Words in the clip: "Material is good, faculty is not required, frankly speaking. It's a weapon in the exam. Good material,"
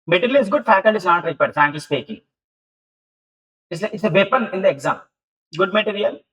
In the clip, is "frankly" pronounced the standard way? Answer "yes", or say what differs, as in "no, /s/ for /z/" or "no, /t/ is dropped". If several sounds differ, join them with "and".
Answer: no, /l/ is dropped